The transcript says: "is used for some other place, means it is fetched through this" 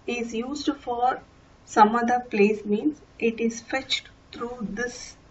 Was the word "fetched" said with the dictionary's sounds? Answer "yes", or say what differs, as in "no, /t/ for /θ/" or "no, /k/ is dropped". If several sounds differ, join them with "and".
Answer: yes